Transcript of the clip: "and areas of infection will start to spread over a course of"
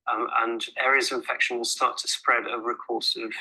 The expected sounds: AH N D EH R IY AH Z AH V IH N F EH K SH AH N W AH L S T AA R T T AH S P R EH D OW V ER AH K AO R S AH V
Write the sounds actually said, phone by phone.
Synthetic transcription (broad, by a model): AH N EH R IY AH Z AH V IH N F EH K SH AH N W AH S T AA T T AH S P R EH D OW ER AH K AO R S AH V